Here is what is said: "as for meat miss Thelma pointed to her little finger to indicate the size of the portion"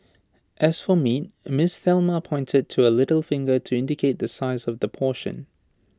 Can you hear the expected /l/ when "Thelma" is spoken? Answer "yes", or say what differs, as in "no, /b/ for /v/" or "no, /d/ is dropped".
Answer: yes